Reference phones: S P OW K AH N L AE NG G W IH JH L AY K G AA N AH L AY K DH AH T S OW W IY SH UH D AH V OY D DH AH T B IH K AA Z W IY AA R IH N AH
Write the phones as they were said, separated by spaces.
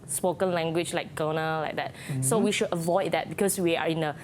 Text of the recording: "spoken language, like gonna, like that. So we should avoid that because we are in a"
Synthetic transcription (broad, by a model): S P OW K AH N L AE NG G W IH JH L AY K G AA N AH L AY K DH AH T S OW W IY SH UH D AH V OY D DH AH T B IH K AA S W IY AA R IH N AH